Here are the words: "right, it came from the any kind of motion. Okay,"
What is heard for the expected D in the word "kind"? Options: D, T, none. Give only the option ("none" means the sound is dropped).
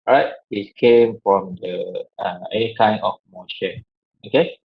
none